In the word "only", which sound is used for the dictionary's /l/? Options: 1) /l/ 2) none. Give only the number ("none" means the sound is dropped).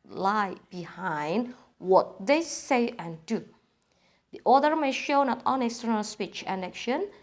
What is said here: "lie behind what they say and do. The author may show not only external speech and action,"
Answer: 2